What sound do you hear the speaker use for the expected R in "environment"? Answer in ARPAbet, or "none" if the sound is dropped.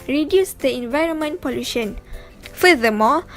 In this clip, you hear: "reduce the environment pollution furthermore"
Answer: R